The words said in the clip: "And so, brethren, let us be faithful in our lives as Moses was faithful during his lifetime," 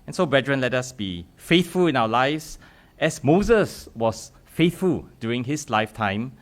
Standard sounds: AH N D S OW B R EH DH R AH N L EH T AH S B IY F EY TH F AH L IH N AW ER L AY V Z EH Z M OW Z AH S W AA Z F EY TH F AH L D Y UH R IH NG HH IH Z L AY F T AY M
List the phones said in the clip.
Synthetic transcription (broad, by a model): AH N S OW B R EH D R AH N L EH T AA S B IY F EY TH F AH L IH N AW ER L AY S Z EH S M OW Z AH S W AA S F EY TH F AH L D Y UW R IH NG HH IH S L AY F T AY M